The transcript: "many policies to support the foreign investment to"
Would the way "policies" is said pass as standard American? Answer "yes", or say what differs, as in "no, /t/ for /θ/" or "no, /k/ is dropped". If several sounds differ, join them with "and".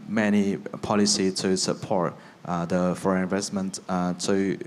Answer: no, /z/ is dropped